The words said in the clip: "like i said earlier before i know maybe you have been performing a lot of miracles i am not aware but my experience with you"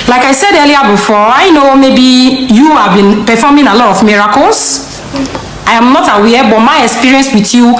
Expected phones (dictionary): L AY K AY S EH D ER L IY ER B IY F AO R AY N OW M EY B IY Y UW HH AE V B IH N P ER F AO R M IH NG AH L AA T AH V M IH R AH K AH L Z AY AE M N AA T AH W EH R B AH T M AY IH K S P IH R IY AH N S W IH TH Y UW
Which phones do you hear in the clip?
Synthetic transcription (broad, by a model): L AY K AY S EH D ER L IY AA B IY F AO AY N OW M EY B IY Y UW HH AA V B IH N P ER F AO M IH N AH L AA T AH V M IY R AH K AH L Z AY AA M N AA T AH W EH B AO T M AY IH K S P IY R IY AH N S W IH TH Y UW